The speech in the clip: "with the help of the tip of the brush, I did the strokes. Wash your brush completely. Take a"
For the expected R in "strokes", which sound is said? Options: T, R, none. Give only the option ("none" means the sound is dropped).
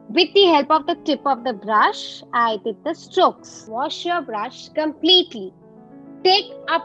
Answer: R